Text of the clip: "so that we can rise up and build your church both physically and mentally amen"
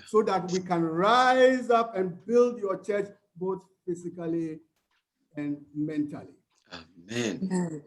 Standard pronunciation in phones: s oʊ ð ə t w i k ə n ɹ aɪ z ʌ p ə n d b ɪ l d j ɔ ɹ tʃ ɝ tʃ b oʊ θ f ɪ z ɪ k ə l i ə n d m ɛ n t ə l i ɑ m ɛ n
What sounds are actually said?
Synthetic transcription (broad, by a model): s oʊ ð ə t w i k ə n ɹ aɪ z ʌ p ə n b ɪ l d j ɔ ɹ tʃ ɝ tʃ b oʊ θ f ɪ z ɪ k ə l i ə n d m ɛ n t ə l i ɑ m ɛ n